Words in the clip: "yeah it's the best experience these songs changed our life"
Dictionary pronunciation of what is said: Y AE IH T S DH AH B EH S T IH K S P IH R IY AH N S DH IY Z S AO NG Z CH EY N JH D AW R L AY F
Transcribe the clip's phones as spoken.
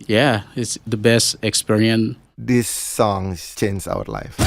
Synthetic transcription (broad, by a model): Y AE IH T S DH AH B EH S T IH K S P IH R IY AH N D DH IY S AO NG CH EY N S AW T L AY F